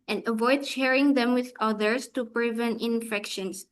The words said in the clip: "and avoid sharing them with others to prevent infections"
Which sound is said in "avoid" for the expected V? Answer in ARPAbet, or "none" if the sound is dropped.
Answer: V